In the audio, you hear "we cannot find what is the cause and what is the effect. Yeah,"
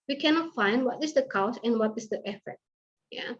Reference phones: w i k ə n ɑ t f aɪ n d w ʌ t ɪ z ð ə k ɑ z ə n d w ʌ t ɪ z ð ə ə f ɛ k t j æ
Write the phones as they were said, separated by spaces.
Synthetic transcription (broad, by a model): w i k ə n ɑ t f aɪ n d w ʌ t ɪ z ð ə k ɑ s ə n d w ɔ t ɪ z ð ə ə f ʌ t j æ